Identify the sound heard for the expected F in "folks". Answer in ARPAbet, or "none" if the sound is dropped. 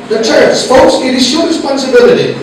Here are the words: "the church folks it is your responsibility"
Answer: P